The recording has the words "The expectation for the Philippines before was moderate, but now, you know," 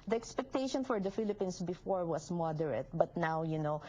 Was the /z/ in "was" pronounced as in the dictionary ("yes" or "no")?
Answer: no